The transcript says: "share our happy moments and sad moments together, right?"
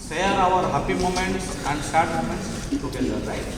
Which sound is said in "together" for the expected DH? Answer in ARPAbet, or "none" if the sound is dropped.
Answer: none